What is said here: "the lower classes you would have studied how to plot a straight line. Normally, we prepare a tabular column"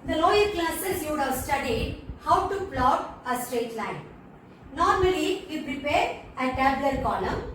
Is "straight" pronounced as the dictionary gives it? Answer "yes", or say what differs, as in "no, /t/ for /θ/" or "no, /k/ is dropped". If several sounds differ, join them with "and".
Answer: yes